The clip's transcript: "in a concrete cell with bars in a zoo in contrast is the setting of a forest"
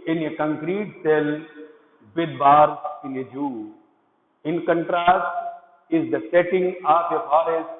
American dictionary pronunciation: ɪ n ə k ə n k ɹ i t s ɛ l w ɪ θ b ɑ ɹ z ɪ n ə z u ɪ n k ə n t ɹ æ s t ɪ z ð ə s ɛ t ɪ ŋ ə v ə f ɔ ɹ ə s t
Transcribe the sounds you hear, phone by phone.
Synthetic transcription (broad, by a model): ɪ n ə k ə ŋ k ɹ i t s ɛ l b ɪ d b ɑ ɹ ɪ n ə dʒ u ɪ n k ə n t ɹ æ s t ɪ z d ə s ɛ t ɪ ŋ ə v ə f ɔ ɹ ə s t